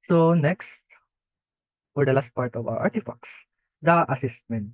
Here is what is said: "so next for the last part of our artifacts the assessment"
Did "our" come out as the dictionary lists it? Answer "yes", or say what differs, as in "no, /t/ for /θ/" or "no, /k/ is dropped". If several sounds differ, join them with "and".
no, /w/ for /ɹ/